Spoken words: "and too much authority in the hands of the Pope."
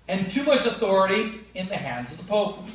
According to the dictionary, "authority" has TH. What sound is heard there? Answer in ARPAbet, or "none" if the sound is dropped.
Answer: TH